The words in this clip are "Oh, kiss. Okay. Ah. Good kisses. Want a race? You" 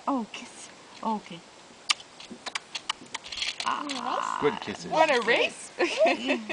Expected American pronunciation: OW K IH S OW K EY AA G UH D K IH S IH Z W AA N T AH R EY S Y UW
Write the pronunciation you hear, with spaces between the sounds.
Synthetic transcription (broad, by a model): OW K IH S OW K EY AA G UH D K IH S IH W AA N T AH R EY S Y